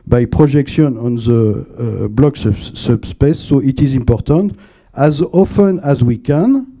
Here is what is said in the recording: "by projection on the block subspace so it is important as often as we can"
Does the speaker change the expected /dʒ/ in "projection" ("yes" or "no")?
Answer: yes